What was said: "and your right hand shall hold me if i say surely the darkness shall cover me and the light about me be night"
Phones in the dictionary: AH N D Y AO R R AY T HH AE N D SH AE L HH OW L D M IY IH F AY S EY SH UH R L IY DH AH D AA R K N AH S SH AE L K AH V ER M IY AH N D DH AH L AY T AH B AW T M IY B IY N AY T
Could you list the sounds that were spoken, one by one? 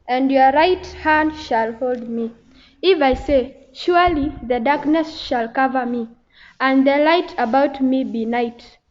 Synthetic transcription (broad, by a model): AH N D Y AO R R AY T HH AE N D SH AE L HH OW L D M IY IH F AY S EY SH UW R L IY DH AH D AA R K N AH S SH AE L K AH V ER M IY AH N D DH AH L AY T AH B AW T M IY B IY N AY T